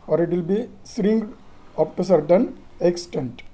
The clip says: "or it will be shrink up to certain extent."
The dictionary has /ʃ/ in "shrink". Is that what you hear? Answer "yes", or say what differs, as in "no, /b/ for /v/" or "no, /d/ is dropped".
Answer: no, /s/ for /ʃ/